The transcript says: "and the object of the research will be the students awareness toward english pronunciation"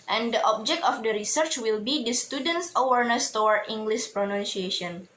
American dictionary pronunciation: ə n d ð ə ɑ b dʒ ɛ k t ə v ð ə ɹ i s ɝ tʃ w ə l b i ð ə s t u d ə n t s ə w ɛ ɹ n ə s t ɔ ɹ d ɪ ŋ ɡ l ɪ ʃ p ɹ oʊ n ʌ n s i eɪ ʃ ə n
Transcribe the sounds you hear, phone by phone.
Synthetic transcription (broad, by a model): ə n d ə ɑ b dʒ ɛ k t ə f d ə ɹ i s ɝ tʃ w ə l b i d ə s t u d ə n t s ə w ɛ ɹ n ə s t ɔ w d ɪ ŋ ɡ l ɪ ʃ p ɹ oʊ n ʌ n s i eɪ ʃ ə n